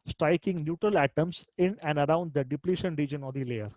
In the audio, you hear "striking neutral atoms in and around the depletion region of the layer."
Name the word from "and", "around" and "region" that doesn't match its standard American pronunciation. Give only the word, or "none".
none